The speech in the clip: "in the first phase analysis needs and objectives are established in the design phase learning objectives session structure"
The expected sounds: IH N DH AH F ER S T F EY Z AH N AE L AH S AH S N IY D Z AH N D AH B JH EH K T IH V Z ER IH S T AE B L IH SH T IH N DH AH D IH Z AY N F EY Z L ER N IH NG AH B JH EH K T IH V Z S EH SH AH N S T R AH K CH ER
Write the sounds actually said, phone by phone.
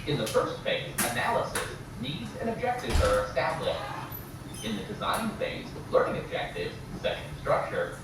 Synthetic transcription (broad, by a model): IH N DH AH F ER S T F EY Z AH N AE L AH S AH S N IY D Z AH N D AH B JH EH K T IH V Z ER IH S T AE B L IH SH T IH N DH AH D IH Z AY N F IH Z L ER N IH NG AH B JH EH K T IH V Z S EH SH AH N S T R AH K CH ER